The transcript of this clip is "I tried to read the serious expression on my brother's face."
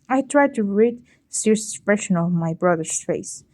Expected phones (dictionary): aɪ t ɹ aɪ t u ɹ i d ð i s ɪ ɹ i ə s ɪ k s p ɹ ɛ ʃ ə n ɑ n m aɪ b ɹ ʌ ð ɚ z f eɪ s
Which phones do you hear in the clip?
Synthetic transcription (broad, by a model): aɪ t ɹ aɪ t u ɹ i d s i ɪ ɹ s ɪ s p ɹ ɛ ʃ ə n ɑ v m aɪ b ɹ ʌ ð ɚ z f eɪ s